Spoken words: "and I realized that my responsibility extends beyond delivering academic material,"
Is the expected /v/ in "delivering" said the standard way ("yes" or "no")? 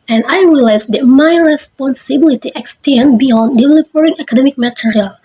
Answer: no